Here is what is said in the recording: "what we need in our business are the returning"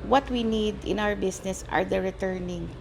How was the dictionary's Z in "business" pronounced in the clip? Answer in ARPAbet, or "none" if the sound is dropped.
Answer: S